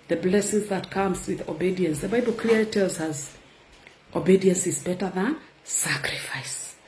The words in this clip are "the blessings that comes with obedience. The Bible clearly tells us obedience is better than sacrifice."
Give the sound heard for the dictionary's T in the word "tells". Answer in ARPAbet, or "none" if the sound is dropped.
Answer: T